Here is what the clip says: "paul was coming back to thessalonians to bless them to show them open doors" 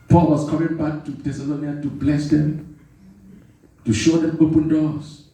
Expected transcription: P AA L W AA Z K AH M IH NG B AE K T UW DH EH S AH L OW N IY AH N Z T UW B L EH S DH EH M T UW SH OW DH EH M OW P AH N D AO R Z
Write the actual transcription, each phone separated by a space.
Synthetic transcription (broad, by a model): P AA L W AA S K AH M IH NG B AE K T UW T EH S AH L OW N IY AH T UW B L EH S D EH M T UW SH OW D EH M OW P AH N D AO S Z